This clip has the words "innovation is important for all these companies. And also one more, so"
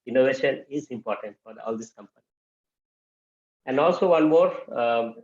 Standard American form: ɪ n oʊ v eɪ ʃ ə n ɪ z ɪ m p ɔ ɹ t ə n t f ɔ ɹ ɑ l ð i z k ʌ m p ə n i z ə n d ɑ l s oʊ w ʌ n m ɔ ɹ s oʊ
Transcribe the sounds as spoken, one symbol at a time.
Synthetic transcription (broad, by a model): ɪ n oʊ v eɪ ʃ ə n ɪ z ɪ m p ɔ ɹ t ə n t f ɔ ɹ ɑ l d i s k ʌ m p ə n i ə n d ɑ l s oʊ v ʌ n m ɔ ɹ